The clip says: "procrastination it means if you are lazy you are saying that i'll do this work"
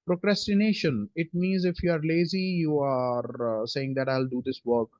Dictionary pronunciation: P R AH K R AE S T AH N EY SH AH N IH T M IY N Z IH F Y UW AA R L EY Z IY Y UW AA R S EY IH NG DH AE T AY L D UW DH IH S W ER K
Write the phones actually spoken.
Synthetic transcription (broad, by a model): P R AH K R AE S T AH N EY SH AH N IH T M IY N Z IH F Y UW AA R L EY Z IY Y UW AA R S EY IH NG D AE T AY L D UW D IH S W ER K